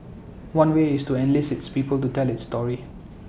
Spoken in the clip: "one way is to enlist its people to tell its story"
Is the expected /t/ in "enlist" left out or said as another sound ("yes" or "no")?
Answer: yes